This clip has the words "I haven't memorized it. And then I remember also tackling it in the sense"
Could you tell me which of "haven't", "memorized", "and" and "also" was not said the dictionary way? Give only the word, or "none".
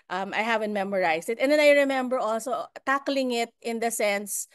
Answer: memorized